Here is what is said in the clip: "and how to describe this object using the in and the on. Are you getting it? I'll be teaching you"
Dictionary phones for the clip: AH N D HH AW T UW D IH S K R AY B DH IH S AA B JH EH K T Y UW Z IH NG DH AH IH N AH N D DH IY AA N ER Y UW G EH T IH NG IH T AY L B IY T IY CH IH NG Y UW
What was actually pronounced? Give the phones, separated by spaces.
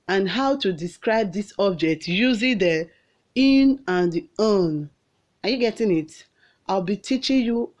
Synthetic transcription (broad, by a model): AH N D HH AW T UW D IH S K R AY B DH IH S AA B JH EH K T Y UW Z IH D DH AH IH N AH N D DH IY AA N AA Y UW G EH T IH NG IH T AY L B IY T IY CH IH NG Y UW